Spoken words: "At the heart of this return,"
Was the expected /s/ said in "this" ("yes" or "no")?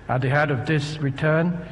yes